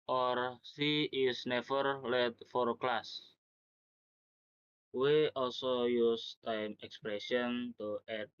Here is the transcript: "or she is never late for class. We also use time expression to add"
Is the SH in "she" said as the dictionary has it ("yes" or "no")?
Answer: no